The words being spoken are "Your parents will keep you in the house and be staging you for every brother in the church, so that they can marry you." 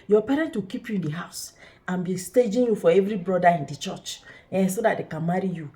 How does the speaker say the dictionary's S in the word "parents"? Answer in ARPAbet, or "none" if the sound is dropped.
none